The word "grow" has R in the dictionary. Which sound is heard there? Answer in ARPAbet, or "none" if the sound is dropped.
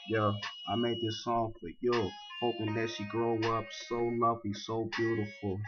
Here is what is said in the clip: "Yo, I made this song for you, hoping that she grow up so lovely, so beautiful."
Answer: R